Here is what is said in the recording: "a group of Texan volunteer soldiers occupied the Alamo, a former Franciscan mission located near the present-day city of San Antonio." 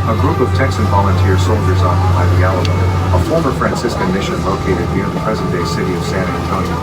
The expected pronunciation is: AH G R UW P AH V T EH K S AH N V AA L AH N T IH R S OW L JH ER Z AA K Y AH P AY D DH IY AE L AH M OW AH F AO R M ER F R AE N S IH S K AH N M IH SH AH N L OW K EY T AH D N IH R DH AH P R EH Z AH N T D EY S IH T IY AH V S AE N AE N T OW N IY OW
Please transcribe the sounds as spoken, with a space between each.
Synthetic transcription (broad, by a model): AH G R UW P AH V T EH K S AH N V AA L AH N T IH R S OW L JH ER Z AA K Y AH P AY D DH IY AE L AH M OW AH F AO R M ER F R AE N S IH S K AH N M IH SH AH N L OW K EY T AH D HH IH R DH AH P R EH Z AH N D EY S IH T IY AH V S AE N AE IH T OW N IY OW